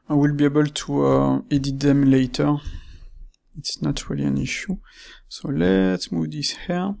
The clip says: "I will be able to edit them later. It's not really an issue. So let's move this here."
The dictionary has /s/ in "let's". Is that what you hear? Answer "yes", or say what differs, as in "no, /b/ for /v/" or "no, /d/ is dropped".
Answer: no, /s/ is dropped